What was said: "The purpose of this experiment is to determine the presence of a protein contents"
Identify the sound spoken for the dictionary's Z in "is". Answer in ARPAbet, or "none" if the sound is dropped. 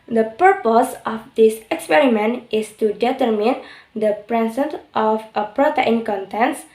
S